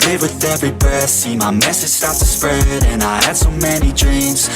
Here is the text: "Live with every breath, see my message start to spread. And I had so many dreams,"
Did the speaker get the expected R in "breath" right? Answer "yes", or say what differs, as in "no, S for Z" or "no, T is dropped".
no, R is dropped